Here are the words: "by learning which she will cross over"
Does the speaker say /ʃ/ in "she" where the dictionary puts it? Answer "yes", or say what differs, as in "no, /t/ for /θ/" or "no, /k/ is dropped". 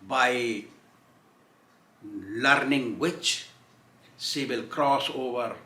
no, /s/ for /ʃ/